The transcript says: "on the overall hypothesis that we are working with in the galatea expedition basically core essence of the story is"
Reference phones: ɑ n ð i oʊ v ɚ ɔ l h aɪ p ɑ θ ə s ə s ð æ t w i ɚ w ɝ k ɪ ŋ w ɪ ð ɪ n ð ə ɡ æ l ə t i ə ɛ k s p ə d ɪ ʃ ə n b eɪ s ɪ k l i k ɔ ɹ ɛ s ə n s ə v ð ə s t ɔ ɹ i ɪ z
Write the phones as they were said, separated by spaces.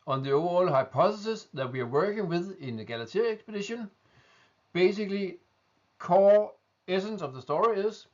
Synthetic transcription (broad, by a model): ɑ n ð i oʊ ʊ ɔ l h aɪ p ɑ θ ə s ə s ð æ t w i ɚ w ɝ k ɪ ŋ w ɪ ð ɪ n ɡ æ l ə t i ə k s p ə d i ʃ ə n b eɪ s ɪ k l i k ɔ ɛ s ə n s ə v ð ə s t ɔ ɹ i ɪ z